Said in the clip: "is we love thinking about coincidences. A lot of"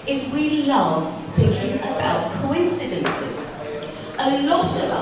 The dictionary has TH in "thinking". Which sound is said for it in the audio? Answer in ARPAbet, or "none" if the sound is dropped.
TH